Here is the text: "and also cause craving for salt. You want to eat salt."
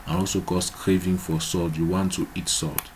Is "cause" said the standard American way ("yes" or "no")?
no